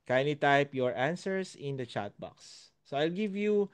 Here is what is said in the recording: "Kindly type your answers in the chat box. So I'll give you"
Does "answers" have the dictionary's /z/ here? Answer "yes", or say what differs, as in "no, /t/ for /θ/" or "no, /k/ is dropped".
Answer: no, /s/ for /z/